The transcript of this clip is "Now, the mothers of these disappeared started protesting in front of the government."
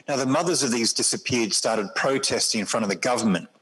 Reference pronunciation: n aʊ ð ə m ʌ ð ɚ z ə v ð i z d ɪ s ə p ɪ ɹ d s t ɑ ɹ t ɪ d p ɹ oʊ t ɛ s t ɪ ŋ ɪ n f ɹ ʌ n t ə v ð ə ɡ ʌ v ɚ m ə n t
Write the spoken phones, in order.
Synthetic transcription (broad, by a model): n aʊ ð ə m ʌ ð ɚ z ə v ð i z d ɪ s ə p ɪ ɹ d s t ɑ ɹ t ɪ d p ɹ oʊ t ɛ s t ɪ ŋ ɪ n f ɹ ʌ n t ə v ð ə ɡ ʌ v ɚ m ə n t